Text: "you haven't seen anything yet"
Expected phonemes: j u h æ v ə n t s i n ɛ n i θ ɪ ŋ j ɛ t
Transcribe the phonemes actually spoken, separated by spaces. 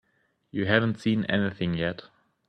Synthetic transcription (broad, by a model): j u h æ v ə n t s i n ɛ n i θ ɪ ŋ j ɛ t